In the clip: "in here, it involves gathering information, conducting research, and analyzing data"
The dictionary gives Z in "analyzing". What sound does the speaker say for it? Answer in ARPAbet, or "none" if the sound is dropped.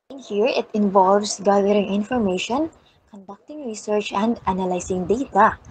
S